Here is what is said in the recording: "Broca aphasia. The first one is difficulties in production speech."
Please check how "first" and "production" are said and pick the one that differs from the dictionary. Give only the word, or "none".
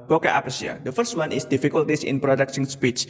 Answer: production